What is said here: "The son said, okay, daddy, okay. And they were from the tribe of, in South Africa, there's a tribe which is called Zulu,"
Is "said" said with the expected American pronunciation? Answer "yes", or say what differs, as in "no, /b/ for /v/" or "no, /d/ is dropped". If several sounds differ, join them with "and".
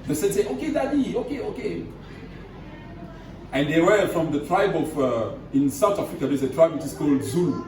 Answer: no, /d/ is dropped